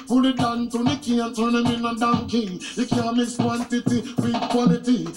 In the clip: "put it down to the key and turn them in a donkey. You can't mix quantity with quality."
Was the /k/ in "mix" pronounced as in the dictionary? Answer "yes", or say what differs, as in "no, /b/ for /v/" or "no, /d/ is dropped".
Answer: no, /k/ is dropped